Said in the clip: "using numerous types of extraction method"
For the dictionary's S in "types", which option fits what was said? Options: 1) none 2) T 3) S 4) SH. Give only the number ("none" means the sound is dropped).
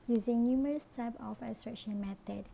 1